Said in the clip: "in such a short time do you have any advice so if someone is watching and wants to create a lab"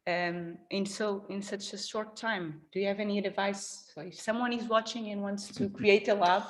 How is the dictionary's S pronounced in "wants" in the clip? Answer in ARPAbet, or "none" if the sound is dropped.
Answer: S